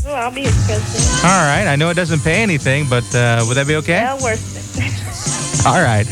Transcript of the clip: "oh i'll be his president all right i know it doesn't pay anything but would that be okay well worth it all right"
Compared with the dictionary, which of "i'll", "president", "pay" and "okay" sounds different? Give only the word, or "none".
president